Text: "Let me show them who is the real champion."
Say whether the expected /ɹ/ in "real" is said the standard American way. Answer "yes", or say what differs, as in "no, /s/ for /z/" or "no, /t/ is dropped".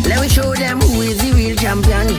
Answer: no, /w/ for /ɹ/